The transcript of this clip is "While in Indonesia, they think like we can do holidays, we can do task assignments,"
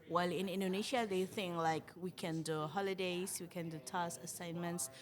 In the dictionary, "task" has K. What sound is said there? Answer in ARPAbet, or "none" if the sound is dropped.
none